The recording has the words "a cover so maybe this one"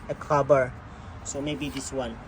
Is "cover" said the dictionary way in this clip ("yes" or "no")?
no